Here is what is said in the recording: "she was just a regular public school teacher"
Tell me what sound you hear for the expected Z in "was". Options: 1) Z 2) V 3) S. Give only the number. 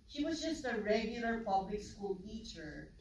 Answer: 1